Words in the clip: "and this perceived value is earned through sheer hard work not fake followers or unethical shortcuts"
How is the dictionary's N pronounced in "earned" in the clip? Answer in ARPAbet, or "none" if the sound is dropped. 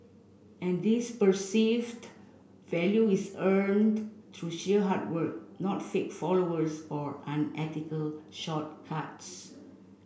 N